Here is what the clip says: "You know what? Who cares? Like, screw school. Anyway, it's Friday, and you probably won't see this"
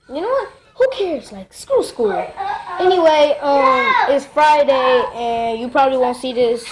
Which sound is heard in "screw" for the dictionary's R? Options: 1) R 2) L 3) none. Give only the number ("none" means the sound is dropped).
3